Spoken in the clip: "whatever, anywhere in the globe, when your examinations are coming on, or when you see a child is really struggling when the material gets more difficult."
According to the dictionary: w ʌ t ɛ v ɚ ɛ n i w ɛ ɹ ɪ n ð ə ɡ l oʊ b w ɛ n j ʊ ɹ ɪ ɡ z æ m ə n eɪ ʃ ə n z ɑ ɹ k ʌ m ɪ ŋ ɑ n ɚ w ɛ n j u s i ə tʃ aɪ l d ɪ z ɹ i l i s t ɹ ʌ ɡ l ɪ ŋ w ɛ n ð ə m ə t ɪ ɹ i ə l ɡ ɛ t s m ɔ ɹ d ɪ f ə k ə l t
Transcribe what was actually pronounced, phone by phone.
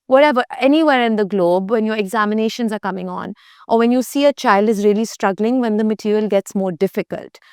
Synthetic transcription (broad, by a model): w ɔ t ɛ v ɚ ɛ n i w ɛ ɹ ɪ n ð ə ɡ l oʊ b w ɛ n j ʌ ɹ ɪ ɡ z æ m ə n eɪ ʃ ə n z ɑ ɹ k ʌ m ɪ ŋ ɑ n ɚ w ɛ n j u s i ə tʃ aɪ l d ɪ z ɹ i l i s t ɹ ʌ ɡ l ɪ ŋ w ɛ n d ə m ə t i ɹ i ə l ɡ ɛ t s m ɔ ɹ d ɪ f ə k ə l t